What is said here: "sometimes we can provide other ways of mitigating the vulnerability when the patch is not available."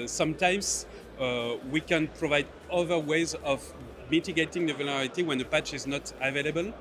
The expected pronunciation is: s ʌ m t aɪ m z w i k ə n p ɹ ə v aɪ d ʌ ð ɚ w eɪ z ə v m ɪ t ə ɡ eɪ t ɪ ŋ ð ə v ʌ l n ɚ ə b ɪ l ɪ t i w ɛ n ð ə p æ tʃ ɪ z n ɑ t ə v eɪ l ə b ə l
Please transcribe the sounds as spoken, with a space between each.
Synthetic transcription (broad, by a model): s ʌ m t aɪ m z w i k ə n p ɹ ə v aɪ d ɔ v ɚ w eɪ z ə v m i t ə ɡ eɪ t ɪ ŋ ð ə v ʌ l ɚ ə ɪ t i w ɛ n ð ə p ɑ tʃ ɪ z n ɑ t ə v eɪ l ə b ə l